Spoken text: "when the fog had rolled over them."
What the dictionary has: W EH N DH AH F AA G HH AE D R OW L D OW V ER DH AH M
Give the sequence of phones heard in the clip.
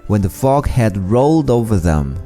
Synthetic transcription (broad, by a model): W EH N DH AH F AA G HH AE D R OW L D OW V ER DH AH M